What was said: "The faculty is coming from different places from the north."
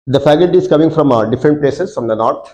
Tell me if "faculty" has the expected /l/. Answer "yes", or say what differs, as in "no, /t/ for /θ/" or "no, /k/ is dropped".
no, /l/ is dropped